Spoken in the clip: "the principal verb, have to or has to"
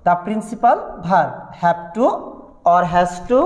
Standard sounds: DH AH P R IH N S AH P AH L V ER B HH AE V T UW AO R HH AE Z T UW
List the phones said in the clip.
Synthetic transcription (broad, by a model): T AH P R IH N S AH P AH L B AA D HH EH B T UW AO R HH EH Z T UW